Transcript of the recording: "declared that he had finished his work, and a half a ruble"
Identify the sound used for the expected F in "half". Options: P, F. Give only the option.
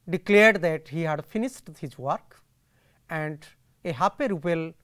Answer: P